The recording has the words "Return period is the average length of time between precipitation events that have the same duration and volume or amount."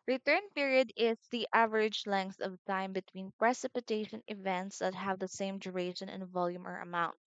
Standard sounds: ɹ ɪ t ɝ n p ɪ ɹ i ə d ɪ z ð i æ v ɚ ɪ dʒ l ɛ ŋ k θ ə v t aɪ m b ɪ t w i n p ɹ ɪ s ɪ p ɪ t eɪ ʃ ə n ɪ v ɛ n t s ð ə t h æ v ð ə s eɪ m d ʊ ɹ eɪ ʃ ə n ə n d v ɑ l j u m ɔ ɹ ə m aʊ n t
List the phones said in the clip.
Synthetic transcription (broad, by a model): ɹ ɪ t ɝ n p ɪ ɹ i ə d ɪ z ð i æ v ɚ ɪ dʒ l ɛ ŋ k θ ə v t aɪ m b ɪ t w i n p ɹ ɪ s ɪ p ɪ t eɪ ʃ ə n ɪ v ɛ n t s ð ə t h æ v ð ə s eɪ m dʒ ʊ ɹ eɪ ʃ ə n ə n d v ɑ l j u m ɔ ɹ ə m aʊ n t